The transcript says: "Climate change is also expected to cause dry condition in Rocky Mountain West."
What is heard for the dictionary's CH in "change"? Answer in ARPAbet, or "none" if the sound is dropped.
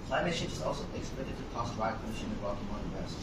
SH